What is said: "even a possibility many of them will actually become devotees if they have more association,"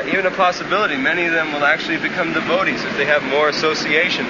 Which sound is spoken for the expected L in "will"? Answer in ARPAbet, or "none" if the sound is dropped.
L